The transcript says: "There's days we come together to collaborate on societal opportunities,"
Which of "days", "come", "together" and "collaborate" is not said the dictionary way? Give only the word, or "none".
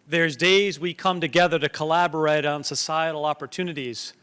none